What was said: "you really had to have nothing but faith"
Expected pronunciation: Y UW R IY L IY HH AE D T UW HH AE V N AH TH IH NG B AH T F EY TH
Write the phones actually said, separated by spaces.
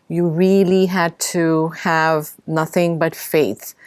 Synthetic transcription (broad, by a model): Y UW R IY L IY HH AE D T UW HH AE V N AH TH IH NG B AH T F EY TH